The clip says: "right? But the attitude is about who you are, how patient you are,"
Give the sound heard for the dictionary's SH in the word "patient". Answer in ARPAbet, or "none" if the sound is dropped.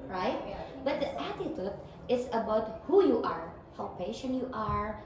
SH